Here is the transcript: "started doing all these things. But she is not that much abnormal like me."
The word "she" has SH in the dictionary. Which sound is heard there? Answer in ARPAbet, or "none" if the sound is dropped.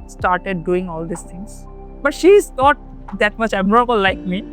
SH